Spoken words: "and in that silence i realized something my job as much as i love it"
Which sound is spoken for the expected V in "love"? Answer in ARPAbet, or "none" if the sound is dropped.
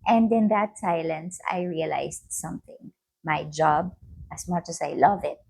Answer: V